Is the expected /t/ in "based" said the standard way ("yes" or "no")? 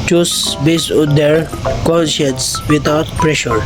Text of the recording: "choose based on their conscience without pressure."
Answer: no